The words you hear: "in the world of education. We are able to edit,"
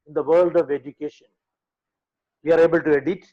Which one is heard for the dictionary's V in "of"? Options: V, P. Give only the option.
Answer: V